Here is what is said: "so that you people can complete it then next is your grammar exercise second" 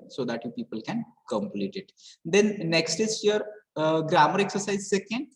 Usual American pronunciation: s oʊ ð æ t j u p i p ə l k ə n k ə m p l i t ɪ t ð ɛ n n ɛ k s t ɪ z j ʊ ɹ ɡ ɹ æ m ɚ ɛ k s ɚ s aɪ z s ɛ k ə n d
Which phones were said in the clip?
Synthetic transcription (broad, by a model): s oʊ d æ t j u p i p ə l k ə n k ə m p l i t ɪ t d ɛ n n ɛ k s t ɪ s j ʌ ɹ ɡ ɹ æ m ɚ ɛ k s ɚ s aɪ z s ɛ k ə n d